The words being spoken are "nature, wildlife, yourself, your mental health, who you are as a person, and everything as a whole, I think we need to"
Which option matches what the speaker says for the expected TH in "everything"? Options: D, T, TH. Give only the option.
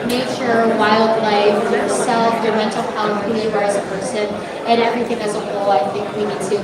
TH